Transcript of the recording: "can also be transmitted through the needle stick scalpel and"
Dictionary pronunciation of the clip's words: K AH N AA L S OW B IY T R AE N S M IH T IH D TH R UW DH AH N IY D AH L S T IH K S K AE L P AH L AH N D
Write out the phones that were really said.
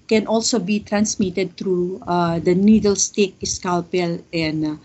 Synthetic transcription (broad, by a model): K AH N AA L S OW B IY T R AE N S M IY T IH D T R UW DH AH N IY D AH L S T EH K S K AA L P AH L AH N